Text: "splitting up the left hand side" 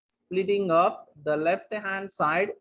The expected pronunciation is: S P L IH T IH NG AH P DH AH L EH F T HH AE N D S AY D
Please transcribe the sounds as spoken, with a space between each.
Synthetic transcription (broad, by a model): S P L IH T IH NG AH P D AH L EH F T HH AE N D S AY D